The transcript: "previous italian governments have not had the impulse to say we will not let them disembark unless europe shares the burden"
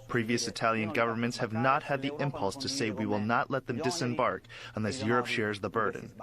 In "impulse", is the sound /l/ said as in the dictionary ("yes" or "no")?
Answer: yes